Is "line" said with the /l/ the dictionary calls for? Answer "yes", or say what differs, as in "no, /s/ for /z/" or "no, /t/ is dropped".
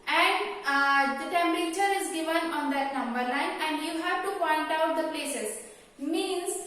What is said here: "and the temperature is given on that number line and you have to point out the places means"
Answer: no, /n/ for /l/